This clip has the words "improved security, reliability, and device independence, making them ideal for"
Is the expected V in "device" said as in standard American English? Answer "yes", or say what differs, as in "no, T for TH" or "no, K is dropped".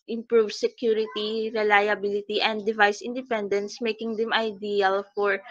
yes